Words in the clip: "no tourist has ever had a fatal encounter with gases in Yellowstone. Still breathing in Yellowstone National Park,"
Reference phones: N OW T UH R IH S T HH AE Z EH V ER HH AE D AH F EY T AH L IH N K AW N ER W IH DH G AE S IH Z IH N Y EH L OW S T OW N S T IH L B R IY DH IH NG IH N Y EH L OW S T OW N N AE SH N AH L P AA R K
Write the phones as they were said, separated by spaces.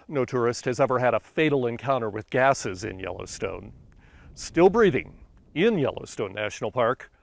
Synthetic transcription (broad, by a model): N OW T UH R IH S T HH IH Z EH V ER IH D AH F EY T L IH N K AW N ER W IH DH G AE S IH Z IH N Y EH L OW S T OW N S T IH L B R IY DH IH NG IH N Y EH L OW S T OW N N AE SH N L P AA R K